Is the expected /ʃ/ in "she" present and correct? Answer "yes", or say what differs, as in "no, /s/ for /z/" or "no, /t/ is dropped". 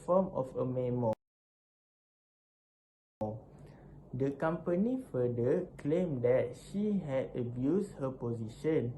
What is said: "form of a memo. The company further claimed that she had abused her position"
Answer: yes